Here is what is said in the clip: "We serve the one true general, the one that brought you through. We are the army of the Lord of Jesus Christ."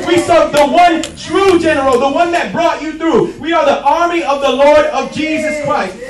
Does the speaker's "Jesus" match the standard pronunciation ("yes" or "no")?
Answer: yes